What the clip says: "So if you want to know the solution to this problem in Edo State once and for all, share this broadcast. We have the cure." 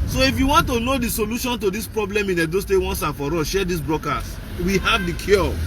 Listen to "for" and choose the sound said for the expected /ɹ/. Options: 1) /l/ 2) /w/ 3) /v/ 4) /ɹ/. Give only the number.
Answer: 4